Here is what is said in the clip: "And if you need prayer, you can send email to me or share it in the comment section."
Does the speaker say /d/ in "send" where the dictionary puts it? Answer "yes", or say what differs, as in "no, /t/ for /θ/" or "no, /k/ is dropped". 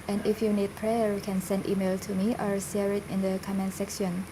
yes